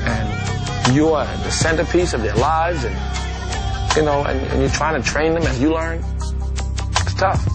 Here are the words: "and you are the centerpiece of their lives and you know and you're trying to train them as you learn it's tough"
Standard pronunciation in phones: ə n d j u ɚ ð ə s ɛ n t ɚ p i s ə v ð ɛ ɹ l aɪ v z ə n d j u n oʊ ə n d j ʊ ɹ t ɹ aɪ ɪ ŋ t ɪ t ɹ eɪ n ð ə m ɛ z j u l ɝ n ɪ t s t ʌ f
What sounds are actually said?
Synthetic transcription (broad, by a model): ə n j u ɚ ð ə s ɛ n t ɚ p i s ə v ð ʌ ɹ l aɪ v z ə n j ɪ n oʊ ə n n j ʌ ɹ t ɹ aɪ ɪ ŋ t ɪ t ɹ eɪ n ð ə m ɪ z j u l ɝ n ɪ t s t ʌ f